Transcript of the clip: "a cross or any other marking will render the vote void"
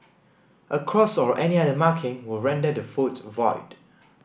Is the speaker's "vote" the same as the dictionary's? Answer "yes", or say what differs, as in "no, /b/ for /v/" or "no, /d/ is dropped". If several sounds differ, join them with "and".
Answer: no, /f/ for /v/